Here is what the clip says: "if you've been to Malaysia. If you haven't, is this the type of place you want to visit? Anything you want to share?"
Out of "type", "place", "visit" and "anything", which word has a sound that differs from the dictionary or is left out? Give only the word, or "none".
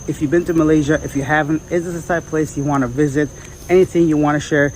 type